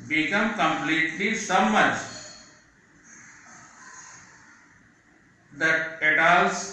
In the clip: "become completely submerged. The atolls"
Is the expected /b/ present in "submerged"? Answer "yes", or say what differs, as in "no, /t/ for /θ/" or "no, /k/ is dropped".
no, /b/ is dropped